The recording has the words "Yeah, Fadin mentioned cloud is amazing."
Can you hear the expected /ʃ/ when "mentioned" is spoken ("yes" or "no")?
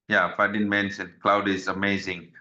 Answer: no